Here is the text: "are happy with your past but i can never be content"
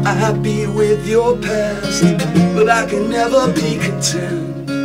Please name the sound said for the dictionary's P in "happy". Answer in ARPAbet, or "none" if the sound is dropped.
B